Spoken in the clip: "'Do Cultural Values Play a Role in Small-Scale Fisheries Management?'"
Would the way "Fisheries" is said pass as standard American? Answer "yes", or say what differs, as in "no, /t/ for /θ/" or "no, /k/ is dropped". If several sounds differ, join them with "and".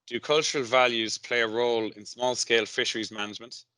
yes